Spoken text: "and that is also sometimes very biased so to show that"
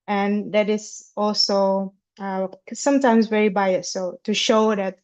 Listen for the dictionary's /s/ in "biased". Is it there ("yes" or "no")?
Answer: no